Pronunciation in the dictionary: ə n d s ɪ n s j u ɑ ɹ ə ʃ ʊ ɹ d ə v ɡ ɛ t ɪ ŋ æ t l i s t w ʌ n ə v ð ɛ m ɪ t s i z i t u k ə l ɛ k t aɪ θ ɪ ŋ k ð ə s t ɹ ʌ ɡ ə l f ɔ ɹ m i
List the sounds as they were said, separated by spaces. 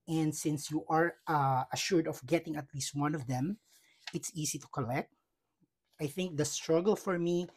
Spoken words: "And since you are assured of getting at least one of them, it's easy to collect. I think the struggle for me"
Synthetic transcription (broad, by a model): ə n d s ɪ n s j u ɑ ɹ ə ʃ ʊ ɹ d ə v ɡ ɛ t ɪ ŋ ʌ t l i s t w ʌ n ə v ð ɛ m ɪ t s i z i t u k ə l ɛ k t aɪ θ ɪ ŋ k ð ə s t ɹ ʌ ɡ ə l f ɔ ɹ m i